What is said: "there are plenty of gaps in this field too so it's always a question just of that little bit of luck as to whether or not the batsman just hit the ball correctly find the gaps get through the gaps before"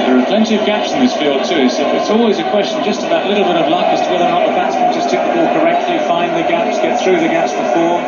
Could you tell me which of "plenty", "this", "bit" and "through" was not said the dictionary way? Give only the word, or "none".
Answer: none